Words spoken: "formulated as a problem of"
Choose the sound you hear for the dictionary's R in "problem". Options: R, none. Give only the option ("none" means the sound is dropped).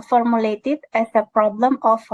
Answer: R